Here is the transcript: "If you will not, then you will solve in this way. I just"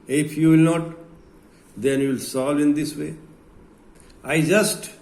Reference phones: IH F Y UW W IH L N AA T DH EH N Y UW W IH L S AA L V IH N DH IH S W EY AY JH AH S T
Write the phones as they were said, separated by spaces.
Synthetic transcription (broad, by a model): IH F Y UW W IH L N AA T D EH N Y UW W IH L S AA L IH N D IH S W EY AY JH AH S T